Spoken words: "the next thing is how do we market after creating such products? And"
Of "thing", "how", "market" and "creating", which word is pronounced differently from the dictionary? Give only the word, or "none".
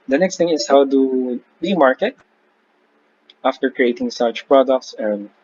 thing